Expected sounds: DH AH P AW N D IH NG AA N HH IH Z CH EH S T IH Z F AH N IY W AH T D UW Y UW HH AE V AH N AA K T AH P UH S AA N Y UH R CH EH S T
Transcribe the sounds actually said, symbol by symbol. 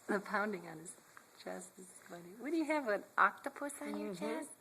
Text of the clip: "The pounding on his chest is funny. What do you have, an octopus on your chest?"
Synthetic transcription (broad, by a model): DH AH P AW N D IH NG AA N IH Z CH EH S T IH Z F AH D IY W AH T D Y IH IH V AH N AA K T AH P UH S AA N Y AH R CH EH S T